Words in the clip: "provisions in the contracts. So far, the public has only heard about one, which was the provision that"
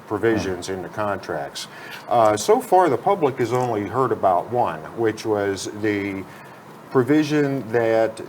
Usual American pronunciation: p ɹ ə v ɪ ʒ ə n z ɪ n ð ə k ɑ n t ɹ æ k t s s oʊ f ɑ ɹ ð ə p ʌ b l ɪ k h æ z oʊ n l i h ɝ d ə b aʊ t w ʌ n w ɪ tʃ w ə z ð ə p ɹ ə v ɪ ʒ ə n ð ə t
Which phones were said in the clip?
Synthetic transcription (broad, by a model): p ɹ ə v ɪ ʒ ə n z ɪ n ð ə k ɑ n t ɹ æ k t s s oʊ f ɑ ɹ ð ə p ʌ b l ɪ k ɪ z oʊ n l i h ɝ d ə b aʊ t w ʌ n w ɪ tʃ w ə z ð ə p ɹ ə v ɪ ʒ ə n ð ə t